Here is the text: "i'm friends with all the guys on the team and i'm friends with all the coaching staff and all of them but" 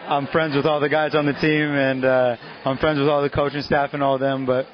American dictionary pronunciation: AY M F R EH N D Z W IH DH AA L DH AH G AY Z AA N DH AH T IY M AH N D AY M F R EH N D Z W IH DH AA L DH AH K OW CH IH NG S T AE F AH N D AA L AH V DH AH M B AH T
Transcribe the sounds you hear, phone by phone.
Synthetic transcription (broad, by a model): AY M F R EH N D Z W IH DH AA L DH AH G AY Z N DH AH T IY M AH N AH AY M F R EH N D Z W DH AA L DH AH K OW CH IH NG S T AE F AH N AA L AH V DH AH M B AH T